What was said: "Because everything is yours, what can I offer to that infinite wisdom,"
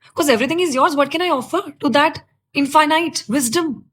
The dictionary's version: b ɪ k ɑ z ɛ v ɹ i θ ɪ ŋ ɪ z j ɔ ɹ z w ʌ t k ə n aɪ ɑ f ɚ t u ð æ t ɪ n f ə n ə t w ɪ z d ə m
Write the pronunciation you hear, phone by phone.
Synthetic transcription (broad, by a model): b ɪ k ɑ z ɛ v ɹ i t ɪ ŋ ɪ z j ɔ ɹ z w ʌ t k ə n aɪ ɑ f ɚ t u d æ t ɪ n f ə n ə t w ɪ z d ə m